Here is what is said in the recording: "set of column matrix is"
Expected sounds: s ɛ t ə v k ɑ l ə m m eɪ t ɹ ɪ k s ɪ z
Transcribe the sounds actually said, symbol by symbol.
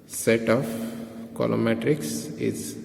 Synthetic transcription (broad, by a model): s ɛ t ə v k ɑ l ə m m eɪ t ɹ ɪ k s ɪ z